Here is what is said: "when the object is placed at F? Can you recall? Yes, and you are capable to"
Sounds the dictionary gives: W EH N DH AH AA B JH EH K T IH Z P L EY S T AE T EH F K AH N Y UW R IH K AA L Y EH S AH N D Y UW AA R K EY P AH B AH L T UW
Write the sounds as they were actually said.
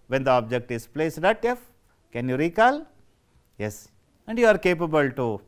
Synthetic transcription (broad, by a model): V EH N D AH AA B JH EH K T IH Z P L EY S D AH T EH F K AH N Y UW R IH K AA L Y EH S AH N D Y UW AA R K EY P AH B AH L T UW